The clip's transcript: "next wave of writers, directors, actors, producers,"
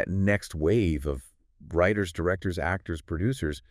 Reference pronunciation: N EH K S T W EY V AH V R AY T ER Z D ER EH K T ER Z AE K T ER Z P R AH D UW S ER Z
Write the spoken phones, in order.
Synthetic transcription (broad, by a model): N EH K S T W EY V AH V R AY T ER Z D ER EH K T ER Z AE K T ER Z P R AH D UW S ER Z